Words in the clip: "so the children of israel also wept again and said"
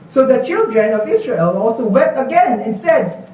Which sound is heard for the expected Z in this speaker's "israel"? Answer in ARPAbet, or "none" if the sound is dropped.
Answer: S